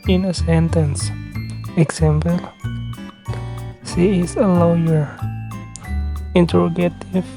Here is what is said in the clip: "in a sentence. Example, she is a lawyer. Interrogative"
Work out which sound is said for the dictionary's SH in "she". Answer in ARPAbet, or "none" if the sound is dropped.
S